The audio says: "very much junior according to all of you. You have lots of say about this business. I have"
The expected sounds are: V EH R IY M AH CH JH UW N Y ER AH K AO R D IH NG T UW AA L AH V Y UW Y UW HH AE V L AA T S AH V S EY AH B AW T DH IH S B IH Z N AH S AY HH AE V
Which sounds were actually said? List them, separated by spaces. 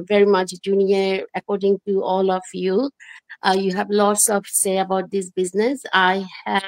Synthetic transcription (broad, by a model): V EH R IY M AH CH JH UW N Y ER AH K AO R D IH NG T UW AA L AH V Y UW Y UW HH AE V L AA T S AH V S EY AH B AW T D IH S B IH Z N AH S AY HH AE